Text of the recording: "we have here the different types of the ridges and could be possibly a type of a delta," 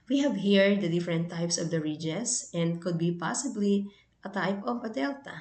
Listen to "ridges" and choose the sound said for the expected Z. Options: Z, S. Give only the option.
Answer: S